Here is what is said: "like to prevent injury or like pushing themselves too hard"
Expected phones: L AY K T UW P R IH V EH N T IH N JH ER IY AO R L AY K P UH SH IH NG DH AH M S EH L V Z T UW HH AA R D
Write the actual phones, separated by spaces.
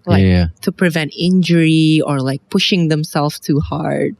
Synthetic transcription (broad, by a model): L AY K T UW P R IH V EH N T IH N JH ER IY AO R L AY K P UH SH IH NG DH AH M S EH L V T UW HH AA R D